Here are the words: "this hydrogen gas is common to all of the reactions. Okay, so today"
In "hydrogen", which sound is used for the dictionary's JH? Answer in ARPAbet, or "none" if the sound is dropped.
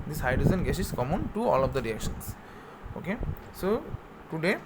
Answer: Z